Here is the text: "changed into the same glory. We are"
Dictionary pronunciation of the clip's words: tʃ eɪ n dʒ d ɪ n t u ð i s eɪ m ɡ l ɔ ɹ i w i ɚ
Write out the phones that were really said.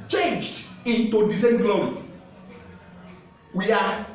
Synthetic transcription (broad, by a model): tʃ eɪ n dʒ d ɪ n t u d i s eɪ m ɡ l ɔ i w i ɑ